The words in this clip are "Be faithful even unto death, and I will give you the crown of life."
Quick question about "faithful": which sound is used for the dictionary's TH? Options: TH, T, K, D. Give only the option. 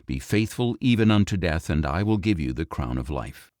TH